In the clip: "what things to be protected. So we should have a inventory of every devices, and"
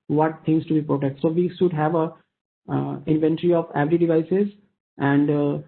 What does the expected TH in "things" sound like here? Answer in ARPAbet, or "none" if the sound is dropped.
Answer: T